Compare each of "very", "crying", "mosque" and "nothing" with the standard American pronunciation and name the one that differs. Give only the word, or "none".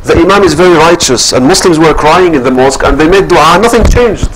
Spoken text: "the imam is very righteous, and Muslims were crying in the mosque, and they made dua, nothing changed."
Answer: none